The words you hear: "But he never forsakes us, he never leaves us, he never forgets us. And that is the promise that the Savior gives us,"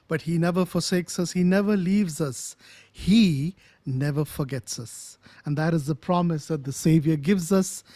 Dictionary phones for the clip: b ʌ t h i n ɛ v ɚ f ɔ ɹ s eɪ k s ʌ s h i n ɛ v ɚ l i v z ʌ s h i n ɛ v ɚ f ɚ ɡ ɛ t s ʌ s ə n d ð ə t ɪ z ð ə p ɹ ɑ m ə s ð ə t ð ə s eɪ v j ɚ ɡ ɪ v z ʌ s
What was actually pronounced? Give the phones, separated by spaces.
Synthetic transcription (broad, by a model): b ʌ t h i n ɛ v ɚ f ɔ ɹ s eɪ k s ʌ s h i n ɛ v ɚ l i v z ʌ s h i n ɛ v ɚ f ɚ ɡ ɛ t s ʌ s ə n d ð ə t ɪ z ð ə p ɹ ɑ m ə s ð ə t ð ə s eɪ v j ɚ ɡ ɪ v z ʌ s